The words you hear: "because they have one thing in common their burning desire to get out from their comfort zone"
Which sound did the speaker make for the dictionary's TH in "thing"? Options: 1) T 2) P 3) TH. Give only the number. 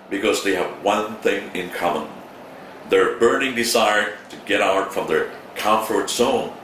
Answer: 3